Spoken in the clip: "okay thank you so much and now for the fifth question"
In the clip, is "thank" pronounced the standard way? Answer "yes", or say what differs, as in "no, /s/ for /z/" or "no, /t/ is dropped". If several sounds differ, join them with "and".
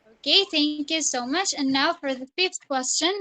yes